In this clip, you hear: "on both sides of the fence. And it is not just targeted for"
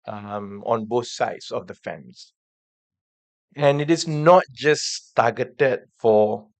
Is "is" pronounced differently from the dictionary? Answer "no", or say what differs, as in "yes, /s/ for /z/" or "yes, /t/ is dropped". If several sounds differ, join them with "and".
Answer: yes, /s/ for /z/